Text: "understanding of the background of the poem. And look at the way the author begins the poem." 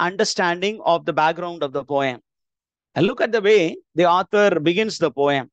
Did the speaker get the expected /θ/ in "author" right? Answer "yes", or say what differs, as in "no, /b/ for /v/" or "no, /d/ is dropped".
no, /t/ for /θ/